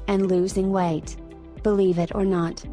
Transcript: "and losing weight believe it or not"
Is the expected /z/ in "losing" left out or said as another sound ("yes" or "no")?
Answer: no